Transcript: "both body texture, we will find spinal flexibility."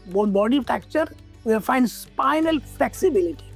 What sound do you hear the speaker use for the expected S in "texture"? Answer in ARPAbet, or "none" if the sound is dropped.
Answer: none